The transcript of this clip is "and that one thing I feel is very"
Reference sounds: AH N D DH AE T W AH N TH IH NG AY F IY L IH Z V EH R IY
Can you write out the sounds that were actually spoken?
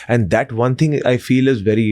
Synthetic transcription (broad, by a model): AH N D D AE T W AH N T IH NG AY F IY L IH Z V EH R IY